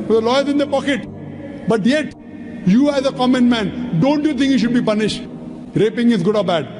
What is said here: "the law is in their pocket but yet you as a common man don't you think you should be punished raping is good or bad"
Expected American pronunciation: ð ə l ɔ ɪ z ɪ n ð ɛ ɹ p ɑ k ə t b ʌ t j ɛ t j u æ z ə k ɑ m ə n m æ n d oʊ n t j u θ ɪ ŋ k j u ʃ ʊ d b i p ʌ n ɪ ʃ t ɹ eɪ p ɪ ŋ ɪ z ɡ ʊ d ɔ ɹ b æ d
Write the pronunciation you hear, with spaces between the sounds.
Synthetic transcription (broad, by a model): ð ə l ɔ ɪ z ɪ n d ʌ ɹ p ɑ k ə t b ʌ t j ɛ t j u æ z ə k ɑ m ə n m æ n d oʊ n t j u t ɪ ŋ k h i ʃ ʊ d b i p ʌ n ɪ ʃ t ɹ eɪ p ɪ ŋ ɪ z ɡ ʊ d ɔ ɹ b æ d